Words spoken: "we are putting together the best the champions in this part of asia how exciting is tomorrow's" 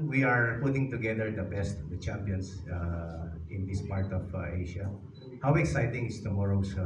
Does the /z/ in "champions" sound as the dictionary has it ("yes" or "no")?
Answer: no